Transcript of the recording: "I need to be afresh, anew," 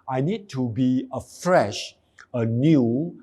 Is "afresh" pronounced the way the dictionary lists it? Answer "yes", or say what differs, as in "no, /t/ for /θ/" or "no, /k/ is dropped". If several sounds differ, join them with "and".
yes